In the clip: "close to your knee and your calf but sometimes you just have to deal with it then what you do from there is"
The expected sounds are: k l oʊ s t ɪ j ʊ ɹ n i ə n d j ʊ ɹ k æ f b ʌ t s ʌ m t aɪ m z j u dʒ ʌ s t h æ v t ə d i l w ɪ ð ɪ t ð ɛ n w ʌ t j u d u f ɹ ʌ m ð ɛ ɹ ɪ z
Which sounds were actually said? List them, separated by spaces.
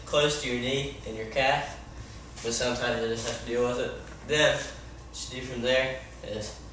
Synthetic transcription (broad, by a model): k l oʊ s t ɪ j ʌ ɹ n i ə n j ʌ ɹ k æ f b ʌ t s ʌ m t aɪ m z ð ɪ dʒ ʌ s t h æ f t ə d i l w ɪ ð ɪ t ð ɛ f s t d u f ɹ ʌ m ð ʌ ɹ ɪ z